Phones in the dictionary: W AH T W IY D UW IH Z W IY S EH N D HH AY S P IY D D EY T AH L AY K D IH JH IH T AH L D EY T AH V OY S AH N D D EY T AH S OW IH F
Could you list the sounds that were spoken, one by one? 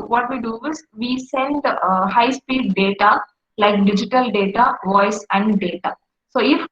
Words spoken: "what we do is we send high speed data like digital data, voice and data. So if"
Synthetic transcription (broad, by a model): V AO T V IY D UW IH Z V IY S EH N D HH AY S P IY D D EY T AH L AY K D IH JH IH T AH L D EY T AH V OY S AH N D D EY T AH S OW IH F